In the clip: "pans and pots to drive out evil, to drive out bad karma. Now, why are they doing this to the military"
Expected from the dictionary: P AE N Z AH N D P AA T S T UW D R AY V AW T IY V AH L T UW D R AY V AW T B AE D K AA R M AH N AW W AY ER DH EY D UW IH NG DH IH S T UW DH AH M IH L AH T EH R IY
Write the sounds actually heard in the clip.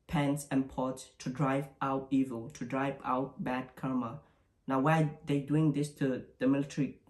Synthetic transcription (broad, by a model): P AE N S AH N P AA T S T UW D R AY V AW T IY V AH L T UW D R AY V AW T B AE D K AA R M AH N AW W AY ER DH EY D UW IH NG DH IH S T UW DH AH M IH L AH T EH R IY